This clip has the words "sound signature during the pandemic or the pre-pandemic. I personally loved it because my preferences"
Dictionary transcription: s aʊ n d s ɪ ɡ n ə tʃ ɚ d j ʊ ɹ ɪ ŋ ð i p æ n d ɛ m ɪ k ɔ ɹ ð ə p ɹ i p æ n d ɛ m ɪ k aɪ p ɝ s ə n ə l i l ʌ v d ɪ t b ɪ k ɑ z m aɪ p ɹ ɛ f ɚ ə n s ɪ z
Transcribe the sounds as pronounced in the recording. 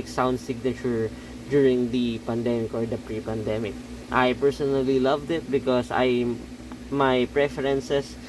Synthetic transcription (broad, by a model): s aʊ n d s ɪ ɡ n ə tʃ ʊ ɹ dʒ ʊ ɹ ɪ ŋ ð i p æ n d ɛ m ɪ k ɔ ɹ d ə p ɹ i p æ n d ɛ m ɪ k aɪ p ɝ s ə n ə l i l ʌ v d ɪ t b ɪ k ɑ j m aɪ p ɹ ɛ f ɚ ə n s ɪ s